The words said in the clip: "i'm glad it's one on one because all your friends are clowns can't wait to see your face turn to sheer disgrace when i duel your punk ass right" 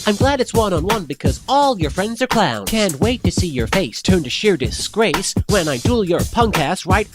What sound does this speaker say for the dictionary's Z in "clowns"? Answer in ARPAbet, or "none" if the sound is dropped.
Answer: none